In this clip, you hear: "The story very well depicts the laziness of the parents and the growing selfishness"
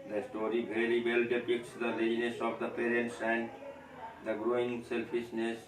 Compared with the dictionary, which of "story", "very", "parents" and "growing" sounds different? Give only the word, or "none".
very